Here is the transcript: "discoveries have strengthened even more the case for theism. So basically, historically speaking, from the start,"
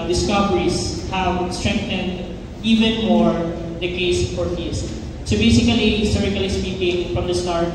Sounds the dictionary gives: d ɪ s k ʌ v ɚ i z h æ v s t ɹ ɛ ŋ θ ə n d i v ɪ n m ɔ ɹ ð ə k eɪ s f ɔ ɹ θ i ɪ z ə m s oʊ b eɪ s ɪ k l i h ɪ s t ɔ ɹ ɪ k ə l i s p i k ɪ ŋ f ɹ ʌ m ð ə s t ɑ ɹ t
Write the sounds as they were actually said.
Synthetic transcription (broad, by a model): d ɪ s k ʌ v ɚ i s h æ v s t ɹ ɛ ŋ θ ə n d i v ɪ n m ɔ ɹ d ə k eɪ s f ɔ ɹ f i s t s oʊ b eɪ s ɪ k i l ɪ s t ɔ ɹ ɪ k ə l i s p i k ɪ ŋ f ɹ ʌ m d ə s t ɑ ɹ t